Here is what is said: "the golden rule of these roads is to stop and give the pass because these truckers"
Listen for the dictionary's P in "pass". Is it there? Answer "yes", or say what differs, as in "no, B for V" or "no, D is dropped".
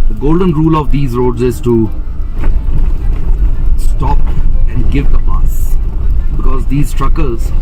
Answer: no, B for P